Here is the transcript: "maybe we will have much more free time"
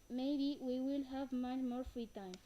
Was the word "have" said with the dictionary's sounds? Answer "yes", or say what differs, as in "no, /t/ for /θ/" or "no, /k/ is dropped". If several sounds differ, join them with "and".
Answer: yes